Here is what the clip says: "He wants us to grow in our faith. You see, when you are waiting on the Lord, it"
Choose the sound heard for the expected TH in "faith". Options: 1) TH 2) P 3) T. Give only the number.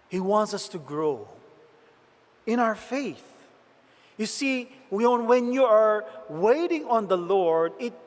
1